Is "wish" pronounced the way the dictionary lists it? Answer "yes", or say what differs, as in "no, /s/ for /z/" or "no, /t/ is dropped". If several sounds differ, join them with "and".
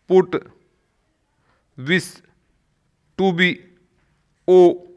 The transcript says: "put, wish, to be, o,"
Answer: no, /s/ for /ʃ/